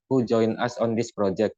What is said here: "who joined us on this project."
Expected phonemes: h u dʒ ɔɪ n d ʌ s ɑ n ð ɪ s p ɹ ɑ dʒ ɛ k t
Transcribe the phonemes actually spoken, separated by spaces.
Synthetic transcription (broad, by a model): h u dʒ ɔɪ n ʌ s ɑ n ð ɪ s p ɹ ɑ dʒ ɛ k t